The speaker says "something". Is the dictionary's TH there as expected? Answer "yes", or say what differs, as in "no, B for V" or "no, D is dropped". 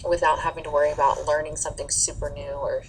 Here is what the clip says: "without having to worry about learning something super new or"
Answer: yes